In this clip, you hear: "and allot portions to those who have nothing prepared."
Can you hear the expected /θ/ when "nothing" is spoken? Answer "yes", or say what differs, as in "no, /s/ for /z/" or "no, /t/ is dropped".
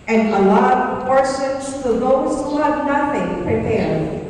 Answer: yes